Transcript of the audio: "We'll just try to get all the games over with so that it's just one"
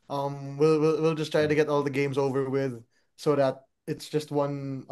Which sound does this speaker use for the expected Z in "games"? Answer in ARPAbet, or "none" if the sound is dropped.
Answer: Z